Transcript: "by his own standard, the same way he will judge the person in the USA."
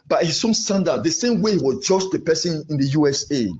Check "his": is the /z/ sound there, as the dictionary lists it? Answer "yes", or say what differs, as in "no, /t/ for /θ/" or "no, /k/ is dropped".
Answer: no, /s/ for /z/